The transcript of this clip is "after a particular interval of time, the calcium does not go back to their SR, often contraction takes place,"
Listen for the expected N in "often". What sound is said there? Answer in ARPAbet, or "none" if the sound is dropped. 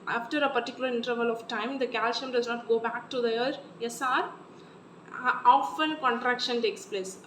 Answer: L